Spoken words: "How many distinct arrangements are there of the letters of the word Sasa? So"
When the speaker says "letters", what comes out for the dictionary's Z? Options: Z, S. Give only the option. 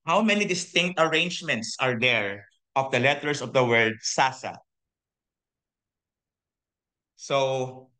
S